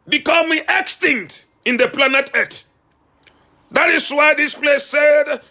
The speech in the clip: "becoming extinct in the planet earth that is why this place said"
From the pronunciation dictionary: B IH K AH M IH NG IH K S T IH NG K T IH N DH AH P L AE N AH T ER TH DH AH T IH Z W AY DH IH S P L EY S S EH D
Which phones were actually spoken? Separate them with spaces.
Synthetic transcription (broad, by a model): B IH K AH M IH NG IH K S T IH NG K T IH N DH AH P L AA N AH T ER T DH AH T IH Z W AY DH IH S P L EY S S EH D